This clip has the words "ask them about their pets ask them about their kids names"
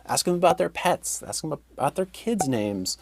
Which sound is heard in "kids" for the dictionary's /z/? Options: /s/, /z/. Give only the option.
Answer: /z/